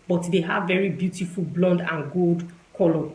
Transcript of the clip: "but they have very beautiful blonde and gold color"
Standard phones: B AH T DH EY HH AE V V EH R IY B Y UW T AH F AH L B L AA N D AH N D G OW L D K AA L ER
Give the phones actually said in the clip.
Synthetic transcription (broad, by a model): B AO T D EY HH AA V V EH R IY B Y UW T AH F AH L B L AA N D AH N G OW L D K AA L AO